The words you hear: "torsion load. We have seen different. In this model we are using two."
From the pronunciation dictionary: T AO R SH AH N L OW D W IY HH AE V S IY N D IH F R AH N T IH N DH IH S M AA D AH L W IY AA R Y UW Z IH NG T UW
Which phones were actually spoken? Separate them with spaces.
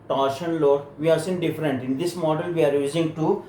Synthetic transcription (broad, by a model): T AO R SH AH N L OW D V IY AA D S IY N D IH F R AH N T IH N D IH S M AA D AH L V IY AA R Y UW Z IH NG T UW